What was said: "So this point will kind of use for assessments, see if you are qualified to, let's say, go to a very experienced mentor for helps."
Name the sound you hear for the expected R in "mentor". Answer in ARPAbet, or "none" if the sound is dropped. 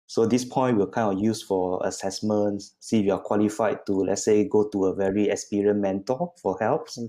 L